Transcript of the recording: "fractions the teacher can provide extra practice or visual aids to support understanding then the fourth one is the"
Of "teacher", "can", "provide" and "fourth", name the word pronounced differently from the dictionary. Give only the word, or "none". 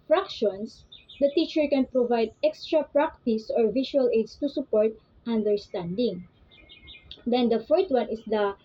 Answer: fourth